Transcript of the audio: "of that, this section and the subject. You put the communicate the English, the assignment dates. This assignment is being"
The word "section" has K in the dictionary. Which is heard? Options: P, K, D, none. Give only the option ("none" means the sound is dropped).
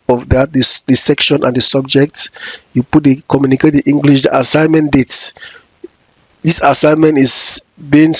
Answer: K